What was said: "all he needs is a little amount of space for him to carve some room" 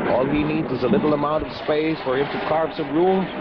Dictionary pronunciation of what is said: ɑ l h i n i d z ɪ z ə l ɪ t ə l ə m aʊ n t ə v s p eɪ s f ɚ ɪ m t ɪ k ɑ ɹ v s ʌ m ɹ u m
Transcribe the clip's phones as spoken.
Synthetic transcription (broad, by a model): ɑ l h i n i d z ɪ z ə l ɪ t l ə m aʊ n t ə v s p eɪ s f ɚ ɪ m t ɪ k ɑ ɹ p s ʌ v ɹ u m